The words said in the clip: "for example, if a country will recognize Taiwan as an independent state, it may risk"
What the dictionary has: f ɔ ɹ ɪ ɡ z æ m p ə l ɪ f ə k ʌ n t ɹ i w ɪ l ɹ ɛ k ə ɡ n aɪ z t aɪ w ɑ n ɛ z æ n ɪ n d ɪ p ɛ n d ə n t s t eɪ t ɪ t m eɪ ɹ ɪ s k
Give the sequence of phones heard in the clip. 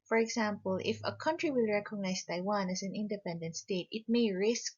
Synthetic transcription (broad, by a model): f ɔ ɹ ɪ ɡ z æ m p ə l ɪ f ə k ʌ n t ɹ i w ɪ l ɹ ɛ k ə ɡ n aɪ s t aɪ w ɑ n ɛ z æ n ɪ n d ɪ p ɛ n d ə n t s t eɪ t ɪ t m eɪ ɹ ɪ s k